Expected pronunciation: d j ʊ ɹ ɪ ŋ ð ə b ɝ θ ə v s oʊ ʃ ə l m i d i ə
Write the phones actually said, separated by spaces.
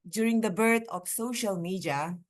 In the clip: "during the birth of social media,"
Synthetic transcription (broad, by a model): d j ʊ ɹ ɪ ŋ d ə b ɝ t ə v s oʊ ʃ ə l m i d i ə